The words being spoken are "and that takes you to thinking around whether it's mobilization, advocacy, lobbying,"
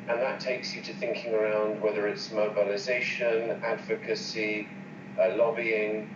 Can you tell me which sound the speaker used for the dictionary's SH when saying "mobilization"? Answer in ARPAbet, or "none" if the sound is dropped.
SH